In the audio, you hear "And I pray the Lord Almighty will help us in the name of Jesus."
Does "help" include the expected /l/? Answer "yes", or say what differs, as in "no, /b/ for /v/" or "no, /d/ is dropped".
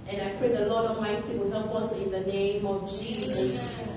no, /l/ is dropped